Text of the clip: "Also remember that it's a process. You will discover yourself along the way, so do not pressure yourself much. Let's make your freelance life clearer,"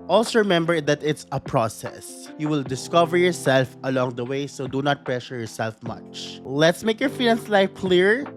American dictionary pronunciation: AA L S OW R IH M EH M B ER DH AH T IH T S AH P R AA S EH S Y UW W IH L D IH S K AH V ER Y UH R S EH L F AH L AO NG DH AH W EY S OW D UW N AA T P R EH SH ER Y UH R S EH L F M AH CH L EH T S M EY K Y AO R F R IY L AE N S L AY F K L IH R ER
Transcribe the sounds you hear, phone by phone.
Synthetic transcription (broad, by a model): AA L S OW R IH M EH M B ER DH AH T IH T S AH P R AA S EH S Y UW W IH L D IH S K AH V ER Y UH R S EH L F AH L AO NG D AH W EY S OW D UW N AA T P R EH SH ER Y UH R S EH L F M AH CH L EH T S M EY K Y AO R F IY N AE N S L AY F K L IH R